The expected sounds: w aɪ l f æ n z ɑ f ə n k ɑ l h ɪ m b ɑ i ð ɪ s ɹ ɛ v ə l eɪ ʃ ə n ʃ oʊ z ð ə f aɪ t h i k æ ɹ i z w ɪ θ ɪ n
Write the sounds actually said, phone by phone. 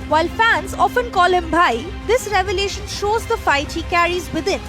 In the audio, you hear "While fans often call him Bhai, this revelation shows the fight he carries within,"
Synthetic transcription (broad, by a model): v aɪ l f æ n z ɑ f ə n k ɑ l h ɪ m b ɑ i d ɪ s ɹ ɛ v ə l eɪ ʃ ə n ʃ oʊ z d ə f aɪ t h i k æ ɹ i z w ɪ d ɪ n